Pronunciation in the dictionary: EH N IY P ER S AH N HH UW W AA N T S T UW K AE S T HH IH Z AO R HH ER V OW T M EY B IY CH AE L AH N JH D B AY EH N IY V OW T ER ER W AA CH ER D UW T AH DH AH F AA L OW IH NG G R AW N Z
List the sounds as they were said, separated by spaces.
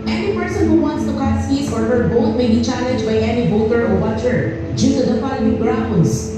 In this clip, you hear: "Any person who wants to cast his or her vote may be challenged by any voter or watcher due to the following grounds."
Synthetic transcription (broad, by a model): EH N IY P ER S AH N HH UW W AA N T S T UW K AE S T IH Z AO R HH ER B OW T M EY B IY CH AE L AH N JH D B AY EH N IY B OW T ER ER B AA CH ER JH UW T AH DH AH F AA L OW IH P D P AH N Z